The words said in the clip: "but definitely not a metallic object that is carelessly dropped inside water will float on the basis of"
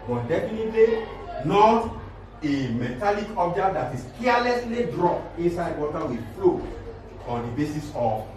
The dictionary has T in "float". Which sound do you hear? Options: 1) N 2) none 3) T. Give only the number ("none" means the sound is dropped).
2